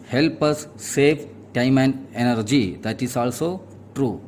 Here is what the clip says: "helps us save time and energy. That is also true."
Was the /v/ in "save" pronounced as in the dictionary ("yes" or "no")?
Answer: no